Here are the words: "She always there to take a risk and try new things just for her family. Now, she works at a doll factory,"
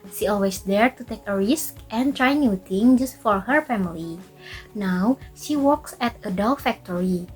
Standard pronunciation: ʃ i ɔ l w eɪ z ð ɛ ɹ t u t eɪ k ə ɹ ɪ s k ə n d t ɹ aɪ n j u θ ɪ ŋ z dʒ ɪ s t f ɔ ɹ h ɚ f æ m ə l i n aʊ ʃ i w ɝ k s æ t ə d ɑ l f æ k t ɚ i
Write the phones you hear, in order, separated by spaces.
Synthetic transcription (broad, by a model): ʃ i ɔ l w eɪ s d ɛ ɹ t u t eɪ k ə ɹ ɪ s k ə n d t ɹ aɪ n j u t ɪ ŋ dʒ ɪ s t f ɔ ɹ h ɚ f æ m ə l i n aʊ ʃ i w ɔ k s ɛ t ə d ɑ l f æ k t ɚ i